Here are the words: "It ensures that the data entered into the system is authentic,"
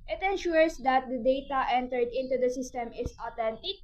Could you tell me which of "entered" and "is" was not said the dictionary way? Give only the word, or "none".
is